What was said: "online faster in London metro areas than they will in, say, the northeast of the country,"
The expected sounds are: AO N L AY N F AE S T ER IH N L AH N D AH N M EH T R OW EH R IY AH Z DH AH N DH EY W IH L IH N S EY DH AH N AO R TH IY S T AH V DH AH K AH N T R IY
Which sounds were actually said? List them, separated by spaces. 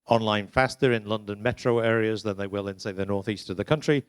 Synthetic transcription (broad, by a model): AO N L AY N F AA S T ER IH N L AH N D AH N M EH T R OW EH R IY AH Z DH AH N DH EY W IH L IH N S EY DH AH N AO R TH IY S T AH V DH AH K AH N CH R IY